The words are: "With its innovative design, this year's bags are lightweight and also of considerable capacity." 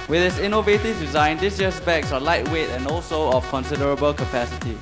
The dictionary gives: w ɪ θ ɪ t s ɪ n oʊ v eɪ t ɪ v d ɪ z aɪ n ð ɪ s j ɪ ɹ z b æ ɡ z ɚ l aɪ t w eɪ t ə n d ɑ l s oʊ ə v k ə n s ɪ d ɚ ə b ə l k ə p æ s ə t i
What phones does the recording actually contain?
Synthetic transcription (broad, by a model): w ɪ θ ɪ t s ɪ n oʊ v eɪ t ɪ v d ɪ z aɪ n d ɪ s j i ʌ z b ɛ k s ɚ l aɪ t w eɪ t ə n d ɑ l s oʊ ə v k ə n s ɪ d ɚ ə b ə l k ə p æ s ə t i